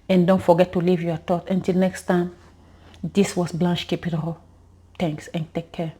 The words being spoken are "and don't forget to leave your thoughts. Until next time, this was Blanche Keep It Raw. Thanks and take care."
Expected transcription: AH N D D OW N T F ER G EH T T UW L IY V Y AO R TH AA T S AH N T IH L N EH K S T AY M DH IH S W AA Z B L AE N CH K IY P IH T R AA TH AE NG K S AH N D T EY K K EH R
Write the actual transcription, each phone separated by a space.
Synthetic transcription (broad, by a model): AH N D D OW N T F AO G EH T T UW L IY V Y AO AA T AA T AH N T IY L N EH K S T AY M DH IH S W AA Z B L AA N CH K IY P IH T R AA T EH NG K S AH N T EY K K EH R